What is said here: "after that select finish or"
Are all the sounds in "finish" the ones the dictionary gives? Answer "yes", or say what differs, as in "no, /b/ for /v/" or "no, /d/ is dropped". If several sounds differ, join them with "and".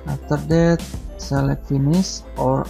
no, /s/ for /ʃ/